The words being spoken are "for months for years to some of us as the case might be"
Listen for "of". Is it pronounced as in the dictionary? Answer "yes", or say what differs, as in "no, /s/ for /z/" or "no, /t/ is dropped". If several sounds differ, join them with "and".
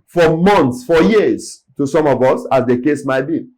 yes